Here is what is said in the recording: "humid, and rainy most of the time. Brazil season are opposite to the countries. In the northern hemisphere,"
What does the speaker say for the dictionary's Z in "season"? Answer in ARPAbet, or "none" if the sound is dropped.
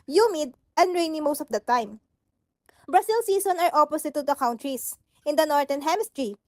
S